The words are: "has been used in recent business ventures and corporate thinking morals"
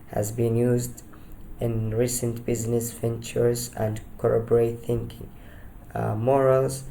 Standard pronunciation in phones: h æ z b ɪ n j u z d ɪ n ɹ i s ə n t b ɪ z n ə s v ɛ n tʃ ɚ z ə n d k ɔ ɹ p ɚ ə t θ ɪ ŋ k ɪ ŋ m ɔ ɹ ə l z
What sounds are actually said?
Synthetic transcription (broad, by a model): h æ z b ɪ n j u z d ɪ n ɹ i s ə n t b ɪ z n ə s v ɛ n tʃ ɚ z ə n d k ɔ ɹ b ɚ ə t θ ɪ ŋ k ɪ ŋ m ɔ ɹ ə l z